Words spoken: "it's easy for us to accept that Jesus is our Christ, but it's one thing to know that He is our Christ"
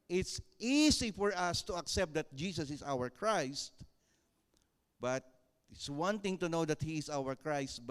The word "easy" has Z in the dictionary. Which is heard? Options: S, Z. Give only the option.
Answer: S